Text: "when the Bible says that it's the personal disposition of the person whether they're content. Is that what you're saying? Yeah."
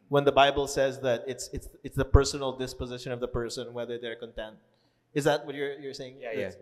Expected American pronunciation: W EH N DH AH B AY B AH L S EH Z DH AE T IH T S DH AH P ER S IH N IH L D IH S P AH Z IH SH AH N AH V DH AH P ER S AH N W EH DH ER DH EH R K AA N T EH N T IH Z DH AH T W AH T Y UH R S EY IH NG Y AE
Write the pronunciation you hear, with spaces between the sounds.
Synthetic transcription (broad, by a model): W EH N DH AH B AY B AH L S EH Z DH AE T IH T S DH AH P ER S IH N IH L D IH S P AH Z IH SH AH N AH V DH AH P ER S AH N W EH DH ER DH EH R K AA N T EH N T IH Z DH AH T W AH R Y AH R S EY IH NG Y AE